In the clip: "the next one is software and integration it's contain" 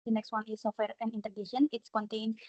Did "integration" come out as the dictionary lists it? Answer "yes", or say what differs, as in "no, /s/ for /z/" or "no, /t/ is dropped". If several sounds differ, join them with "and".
no, /ɹ/ is dropped